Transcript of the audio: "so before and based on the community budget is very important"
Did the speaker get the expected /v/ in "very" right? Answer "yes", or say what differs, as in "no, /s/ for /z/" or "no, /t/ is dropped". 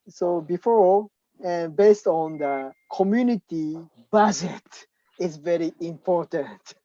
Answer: yes